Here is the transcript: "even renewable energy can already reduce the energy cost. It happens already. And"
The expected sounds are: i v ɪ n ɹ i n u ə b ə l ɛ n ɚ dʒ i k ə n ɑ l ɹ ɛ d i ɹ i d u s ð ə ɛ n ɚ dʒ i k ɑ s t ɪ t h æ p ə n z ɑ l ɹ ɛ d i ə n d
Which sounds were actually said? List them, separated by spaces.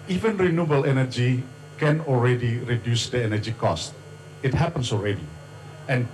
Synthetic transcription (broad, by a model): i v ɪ n ɹ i n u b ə l ɛ n ɚ dʒ i k ə n ɑ l ɹ ɛ d i ɹ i d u s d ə ɛ n ɚ dʒ i k ɑ s t ɪ t h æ p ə n s ɑ l ɹ ɛ d i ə n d